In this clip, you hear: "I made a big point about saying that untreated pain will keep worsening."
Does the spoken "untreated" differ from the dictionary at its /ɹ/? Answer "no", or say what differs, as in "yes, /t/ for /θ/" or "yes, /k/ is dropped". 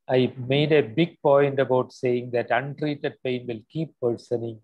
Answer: no